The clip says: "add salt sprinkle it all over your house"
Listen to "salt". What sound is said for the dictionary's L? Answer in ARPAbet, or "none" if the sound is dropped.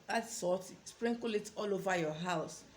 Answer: none